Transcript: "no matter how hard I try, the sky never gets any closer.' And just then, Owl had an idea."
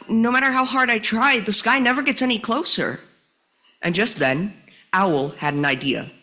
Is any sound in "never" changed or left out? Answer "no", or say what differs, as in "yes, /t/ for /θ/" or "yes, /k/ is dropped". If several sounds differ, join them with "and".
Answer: no